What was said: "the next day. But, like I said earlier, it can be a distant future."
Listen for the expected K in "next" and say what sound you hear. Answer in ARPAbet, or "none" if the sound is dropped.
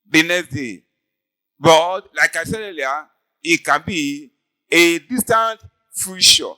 none